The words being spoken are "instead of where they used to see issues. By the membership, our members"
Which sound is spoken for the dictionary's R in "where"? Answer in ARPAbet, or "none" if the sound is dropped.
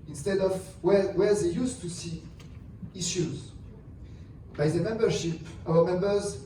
W